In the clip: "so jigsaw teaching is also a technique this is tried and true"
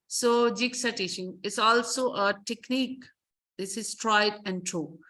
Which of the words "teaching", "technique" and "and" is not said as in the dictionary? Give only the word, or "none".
teaching